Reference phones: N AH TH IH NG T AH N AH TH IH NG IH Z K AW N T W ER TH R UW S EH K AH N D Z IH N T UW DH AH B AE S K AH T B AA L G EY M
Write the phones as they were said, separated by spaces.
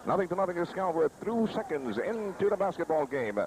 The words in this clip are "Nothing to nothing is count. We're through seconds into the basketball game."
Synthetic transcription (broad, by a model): N AH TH IH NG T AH N AH TH IH NG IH S K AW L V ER TH R UW S EH K AH N D Z IH N T UW DH AH B AE S K AH T B AA L G EY M